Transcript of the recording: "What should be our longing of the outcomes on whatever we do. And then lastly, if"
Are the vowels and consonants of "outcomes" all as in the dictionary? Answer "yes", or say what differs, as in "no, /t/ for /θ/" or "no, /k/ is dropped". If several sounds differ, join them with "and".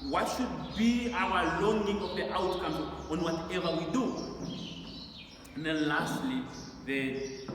no, /z/ is dropped